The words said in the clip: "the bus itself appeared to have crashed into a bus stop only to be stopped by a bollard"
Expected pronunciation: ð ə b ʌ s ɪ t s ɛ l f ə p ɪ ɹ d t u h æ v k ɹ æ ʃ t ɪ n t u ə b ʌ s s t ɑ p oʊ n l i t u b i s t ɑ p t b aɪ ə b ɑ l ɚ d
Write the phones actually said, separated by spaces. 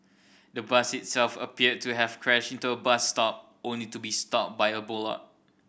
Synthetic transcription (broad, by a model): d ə b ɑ s ɪ t s ɛ l f ə p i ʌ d t u h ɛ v k ɹ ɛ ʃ ɪ n t u ə b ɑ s s t ɑ p oʊ n l i t u b i s t ɑ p b aɪ ə b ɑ l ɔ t